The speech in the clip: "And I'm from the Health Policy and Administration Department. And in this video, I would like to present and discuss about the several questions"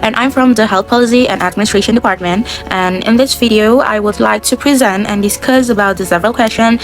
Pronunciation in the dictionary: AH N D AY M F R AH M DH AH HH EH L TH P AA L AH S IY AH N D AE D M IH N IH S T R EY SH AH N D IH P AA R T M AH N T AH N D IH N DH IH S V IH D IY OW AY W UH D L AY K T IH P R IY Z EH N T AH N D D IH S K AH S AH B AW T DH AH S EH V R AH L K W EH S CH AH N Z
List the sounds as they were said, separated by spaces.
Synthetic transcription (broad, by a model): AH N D AY M F R AH M DH AH HH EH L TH P AA L AH S IY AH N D AE D M IH N IH S T R EY SH AH N D IH P AA R T M AH N T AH N IH N DH IH S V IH D IY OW AY W UH D L AY K T IH P R IY Z EH N T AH N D D IH S K AH S AH B AW T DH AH S EH V R AH L K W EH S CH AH N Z